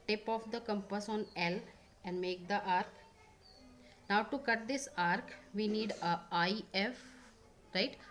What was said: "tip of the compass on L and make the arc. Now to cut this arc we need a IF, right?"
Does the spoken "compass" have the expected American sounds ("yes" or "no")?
yes